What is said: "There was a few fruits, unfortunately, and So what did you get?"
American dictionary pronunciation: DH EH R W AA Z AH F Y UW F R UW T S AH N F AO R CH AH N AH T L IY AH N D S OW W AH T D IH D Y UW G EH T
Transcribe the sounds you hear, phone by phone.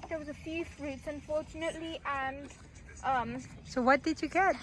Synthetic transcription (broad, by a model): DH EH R W AA Z AH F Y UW F R UW T S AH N F AO R CH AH N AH T L IY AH N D S OW W AH T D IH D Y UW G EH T